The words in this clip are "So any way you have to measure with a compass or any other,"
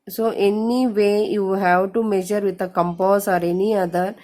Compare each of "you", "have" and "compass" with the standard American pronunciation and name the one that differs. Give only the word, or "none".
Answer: none